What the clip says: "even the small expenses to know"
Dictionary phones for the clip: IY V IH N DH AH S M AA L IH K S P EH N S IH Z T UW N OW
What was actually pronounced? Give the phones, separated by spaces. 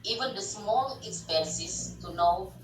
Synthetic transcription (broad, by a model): IY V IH N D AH S M AA L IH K S P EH N S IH S T UW N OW